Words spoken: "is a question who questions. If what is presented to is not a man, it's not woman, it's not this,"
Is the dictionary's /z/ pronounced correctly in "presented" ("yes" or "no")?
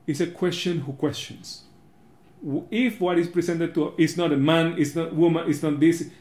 no